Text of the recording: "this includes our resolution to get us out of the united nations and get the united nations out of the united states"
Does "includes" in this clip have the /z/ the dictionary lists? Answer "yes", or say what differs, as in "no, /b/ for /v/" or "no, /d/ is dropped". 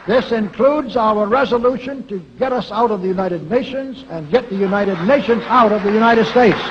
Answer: yes